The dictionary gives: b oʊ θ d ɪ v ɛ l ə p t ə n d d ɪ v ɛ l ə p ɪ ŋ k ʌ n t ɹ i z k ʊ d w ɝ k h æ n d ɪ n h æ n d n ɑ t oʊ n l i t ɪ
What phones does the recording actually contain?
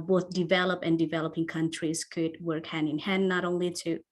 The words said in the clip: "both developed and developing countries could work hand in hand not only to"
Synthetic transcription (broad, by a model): b oʊ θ d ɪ v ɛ l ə p ə n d d ɪ v ɛ l ə p ɪ ŋ k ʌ n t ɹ i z k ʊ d w ɝ k h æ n ɪ n h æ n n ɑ t oʊ n l i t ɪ